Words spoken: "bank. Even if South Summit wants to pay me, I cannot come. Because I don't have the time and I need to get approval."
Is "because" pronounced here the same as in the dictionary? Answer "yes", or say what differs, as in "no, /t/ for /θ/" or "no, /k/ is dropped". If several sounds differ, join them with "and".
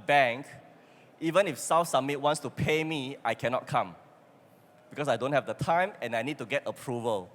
no, /s/ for /z/